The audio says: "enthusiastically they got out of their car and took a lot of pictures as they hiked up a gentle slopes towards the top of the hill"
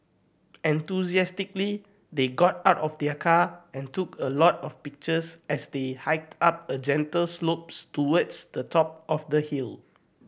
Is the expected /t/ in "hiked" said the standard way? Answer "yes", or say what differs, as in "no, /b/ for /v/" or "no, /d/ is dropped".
yes